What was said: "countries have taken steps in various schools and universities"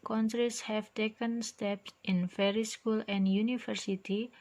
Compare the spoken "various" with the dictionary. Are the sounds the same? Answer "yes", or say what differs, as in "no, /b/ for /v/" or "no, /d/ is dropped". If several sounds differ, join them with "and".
no, /f/ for /v/